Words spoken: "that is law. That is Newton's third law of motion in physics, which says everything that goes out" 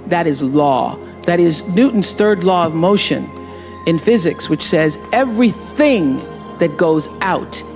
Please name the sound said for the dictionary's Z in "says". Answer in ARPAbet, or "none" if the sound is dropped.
Z